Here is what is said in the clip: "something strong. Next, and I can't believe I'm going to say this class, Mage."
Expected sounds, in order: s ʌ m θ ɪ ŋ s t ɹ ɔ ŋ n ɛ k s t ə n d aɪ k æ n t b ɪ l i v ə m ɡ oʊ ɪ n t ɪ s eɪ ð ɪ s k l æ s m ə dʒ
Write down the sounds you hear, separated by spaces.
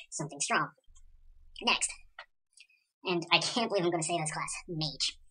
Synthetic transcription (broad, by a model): s ʌ m θ ɪ ŋ s t ɹ ɔ ŋ n ɛ k s t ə n aɪ k æ n b ɪ l i v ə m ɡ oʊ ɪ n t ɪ s eɪ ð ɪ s k l æ s m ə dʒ